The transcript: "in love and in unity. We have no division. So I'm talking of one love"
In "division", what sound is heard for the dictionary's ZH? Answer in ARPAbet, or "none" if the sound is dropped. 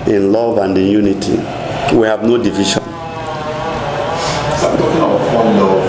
SH